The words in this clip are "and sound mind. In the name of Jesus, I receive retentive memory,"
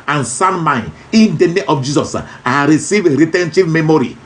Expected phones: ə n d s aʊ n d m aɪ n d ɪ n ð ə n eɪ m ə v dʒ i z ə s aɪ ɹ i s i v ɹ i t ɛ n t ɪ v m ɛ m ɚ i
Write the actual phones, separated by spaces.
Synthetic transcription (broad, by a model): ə n s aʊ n m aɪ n ɪ n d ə n eɪ m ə f dʒ i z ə s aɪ ɹ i s i v ɹ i t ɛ n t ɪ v m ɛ m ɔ i